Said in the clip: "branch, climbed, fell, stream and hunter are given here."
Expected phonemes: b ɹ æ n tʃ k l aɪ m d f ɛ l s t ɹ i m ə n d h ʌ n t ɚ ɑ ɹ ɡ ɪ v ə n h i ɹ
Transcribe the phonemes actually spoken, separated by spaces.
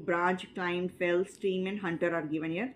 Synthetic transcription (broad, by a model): b ɹ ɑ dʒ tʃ k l aɪ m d f ɛ l s t i m ə n d h ʌ n t ɚ ɑ ɹ ɡ ɪ v ə n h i ɹ